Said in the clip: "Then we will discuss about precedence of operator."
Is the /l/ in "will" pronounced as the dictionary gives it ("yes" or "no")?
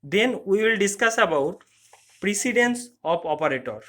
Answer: yes